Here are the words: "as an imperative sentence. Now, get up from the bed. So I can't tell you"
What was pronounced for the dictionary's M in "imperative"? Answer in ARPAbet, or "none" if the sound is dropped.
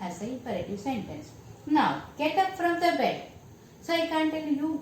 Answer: none